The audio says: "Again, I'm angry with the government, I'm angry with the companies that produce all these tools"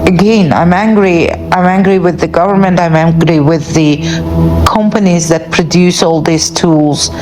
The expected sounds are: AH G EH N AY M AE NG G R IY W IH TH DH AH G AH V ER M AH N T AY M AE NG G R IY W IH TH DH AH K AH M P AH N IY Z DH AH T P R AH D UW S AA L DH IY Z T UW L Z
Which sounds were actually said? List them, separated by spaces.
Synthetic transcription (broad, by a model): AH G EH N AY M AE NG G R IY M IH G DH AH G AH V ER M AH N T AY M AE NG G R IY W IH DH AH K AH M P AH N IY Z DH AH T P R AH D UW S AA L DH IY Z T UW L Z